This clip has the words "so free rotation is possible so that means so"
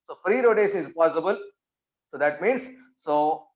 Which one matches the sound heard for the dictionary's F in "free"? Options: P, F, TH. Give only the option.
F